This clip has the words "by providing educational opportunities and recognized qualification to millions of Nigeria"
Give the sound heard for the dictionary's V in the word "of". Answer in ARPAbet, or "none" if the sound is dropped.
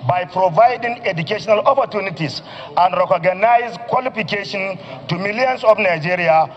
F